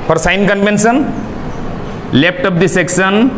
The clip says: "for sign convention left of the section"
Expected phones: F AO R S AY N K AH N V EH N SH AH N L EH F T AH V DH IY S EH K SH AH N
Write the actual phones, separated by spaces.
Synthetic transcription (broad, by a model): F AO R S AY N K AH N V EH N S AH N L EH P T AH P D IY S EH K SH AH N